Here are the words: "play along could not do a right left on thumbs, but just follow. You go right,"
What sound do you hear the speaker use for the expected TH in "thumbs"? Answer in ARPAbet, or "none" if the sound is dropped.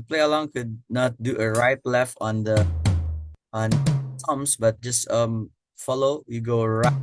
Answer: T